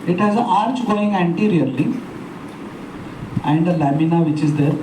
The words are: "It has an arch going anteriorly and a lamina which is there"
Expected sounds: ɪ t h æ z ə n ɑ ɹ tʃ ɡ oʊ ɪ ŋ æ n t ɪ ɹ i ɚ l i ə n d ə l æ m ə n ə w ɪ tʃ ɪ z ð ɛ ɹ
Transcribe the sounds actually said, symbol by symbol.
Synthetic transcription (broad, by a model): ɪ t h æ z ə ɑ ɹ tʃ ɡ oʊ ɪ ŋ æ n t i ɹ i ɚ l i ə n d ə l æ m ə n ə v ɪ tʃ ɪ z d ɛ ɹ